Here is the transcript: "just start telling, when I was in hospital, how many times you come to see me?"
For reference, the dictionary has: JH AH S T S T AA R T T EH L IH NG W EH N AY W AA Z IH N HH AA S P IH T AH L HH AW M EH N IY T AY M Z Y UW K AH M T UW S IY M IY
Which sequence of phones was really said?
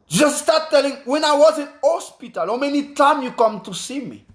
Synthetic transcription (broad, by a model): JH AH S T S T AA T T EH L IH NG W EH N AY W AA Z IH N HH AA S P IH T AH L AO M EH N IY T AY M Y UW K AH M T UW S IY M IY